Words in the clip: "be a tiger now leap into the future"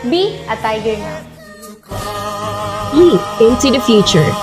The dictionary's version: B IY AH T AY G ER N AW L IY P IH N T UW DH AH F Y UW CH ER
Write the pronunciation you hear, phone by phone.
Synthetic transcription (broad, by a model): B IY AH T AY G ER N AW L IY IH N T UW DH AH F Y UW CH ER